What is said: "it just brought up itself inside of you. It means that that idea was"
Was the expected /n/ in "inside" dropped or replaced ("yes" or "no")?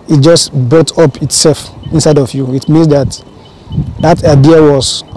no